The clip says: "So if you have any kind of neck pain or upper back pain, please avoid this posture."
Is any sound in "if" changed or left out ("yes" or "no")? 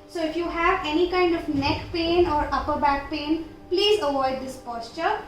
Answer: no